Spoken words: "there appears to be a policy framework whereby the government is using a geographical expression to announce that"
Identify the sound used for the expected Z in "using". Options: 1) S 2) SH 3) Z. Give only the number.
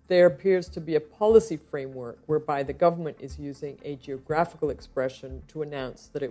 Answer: 3